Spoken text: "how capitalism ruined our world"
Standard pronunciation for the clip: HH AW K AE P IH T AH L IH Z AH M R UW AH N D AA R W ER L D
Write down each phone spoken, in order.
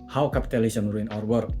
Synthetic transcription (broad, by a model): HH AW K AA P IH T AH L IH S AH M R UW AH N AA R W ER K